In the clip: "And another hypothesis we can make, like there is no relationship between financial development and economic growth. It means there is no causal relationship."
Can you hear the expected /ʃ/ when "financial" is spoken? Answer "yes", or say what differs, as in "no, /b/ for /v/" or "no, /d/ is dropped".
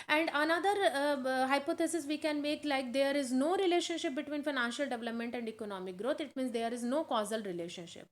yes